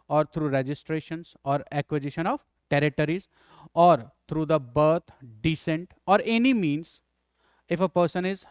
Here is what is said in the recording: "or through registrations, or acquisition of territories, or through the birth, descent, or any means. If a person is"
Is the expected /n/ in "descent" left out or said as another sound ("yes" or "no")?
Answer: no